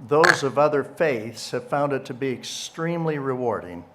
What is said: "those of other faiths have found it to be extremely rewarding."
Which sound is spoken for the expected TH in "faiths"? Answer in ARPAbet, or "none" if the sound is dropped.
TH